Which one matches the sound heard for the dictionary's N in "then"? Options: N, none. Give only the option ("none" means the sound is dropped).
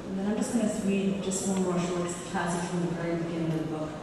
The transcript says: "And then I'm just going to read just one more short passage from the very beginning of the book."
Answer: none